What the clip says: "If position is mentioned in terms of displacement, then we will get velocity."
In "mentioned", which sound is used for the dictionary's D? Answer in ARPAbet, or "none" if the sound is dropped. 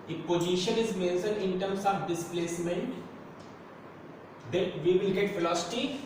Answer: none